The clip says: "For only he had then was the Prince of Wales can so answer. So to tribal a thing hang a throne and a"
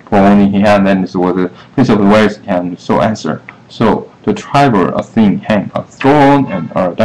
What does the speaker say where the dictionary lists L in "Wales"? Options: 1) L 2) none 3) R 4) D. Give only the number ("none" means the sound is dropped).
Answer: 2